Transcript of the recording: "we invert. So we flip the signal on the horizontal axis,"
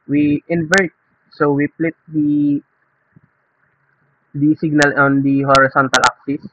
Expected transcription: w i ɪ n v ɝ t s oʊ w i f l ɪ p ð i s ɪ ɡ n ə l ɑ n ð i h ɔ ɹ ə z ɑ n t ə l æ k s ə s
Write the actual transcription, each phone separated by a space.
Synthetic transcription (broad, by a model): w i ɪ n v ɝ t s oʊ w i p l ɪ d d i s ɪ ɡ n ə l ɑ n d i h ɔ ɹ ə s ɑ n t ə l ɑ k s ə s